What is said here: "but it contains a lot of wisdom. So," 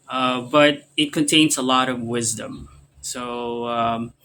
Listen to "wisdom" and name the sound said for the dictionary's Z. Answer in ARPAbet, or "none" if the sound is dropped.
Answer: Z